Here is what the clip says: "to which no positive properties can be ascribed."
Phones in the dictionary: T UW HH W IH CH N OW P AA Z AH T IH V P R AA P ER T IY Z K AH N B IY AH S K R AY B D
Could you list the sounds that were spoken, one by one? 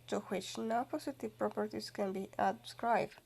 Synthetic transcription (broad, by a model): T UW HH W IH CH N OW P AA S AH T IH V P R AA P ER T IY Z K AH N B IY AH S K R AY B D